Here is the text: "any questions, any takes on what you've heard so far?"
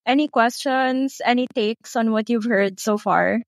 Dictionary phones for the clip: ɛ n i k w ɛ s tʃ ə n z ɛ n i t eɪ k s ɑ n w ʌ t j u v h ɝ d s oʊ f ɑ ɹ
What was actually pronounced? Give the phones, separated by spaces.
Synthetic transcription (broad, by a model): ɛ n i k w ɛ s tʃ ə n s ɛ n i t eɪ k s ɑ n w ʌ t j u v h ɝ d s oʊ f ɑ ɹ